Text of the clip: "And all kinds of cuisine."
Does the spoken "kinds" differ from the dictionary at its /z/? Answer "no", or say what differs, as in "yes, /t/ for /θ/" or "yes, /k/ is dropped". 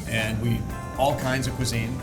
no